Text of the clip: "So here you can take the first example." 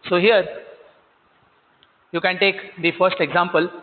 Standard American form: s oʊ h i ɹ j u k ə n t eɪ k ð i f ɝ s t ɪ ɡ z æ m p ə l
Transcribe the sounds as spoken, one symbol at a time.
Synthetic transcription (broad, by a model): s oʊ h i ɹ j u k ə n t eɪ k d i f ɝ s t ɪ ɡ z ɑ m p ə l